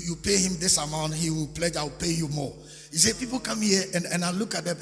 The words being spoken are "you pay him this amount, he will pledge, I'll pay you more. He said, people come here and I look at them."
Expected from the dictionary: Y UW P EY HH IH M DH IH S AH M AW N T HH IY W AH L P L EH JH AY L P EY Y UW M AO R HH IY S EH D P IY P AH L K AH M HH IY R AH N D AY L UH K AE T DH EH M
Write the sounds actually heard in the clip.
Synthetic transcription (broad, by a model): Y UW P EY HH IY M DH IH S AH M AW N T HH IY W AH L P L EH JH AY W P EY Y UW M AO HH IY S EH P IY P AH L K AH M HH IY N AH N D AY L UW K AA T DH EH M